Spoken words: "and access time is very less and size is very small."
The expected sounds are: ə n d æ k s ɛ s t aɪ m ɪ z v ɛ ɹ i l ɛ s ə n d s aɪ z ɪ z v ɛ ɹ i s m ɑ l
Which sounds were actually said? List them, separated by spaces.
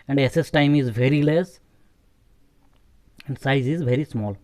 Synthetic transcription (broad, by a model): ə n d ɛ s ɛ s t aɪ m ɪ z v ɛ ɹ i l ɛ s ə n d s aɪ z ɪ z v ɛ ɹ i s m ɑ l